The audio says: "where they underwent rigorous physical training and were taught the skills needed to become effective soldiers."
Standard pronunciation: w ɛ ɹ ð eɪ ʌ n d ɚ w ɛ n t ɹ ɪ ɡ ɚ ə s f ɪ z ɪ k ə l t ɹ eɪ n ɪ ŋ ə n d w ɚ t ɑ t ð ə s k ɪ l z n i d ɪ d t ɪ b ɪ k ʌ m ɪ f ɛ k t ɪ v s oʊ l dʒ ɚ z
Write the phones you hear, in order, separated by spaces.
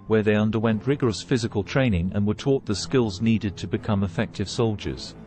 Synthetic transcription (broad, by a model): w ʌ ɹ ð eɪ ʌ n d ɚ w ɛ n t ɹ ɪ ɡ ɚ ə s f ɪ z ɪ k ə l t ɹ eɪ n ɪ ŋ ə n w ɚ t ɑ t ð ə s k ɪ l z n i d ɪ d t ɪ b ɪ k ʌ m ɪ f ɛ k t ɪ v s oʊ l dʒ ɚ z